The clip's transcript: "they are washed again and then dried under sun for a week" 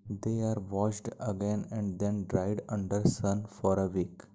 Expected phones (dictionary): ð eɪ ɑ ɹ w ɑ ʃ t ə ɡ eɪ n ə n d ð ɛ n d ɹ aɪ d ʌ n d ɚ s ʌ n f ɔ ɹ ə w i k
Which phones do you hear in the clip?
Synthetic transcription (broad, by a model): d eɪ ɑ ɹ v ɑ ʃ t ə ɡ eɪ n ə n d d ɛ n d ɹ aɪ d ʌ n d ɚ s ʌ n f ɔ ɹ ə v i k